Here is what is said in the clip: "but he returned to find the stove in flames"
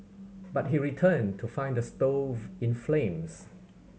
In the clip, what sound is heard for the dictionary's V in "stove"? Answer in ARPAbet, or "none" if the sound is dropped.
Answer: V